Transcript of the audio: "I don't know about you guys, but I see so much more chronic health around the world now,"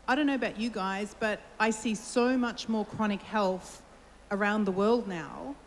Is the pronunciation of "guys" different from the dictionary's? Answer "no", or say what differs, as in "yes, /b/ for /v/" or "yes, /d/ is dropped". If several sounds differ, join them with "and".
no